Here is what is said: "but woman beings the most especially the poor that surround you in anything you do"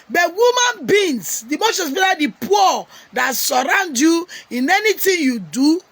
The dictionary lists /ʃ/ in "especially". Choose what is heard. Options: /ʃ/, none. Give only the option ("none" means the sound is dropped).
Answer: none